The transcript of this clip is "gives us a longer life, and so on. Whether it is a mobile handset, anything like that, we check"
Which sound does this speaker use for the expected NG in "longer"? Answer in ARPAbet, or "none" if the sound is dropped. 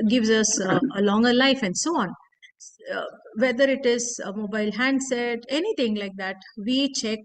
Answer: NG